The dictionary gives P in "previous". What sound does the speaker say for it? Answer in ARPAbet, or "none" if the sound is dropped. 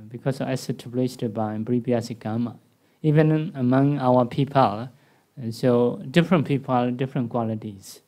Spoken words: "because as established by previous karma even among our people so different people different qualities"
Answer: B